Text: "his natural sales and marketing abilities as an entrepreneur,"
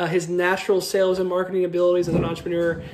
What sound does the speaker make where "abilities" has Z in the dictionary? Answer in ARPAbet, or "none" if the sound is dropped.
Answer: Z